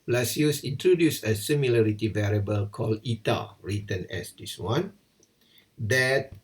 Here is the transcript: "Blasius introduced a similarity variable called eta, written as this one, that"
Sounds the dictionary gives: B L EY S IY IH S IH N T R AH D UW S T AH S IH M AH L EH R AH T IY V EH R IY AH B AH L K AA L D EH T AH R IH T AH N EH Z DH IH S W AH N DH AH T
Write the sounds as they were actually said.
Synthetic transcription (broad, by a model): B L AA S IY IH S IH N T R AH D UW S AH S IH M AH L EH R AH T IY V EH R IY AH B AH L K AA L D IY T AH R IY T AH N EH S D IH S W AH N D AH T